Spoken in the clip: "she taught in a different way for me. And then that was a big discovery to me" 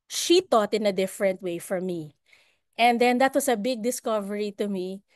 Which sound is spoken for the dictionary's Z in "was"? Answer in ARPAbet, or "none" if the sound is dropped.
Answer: S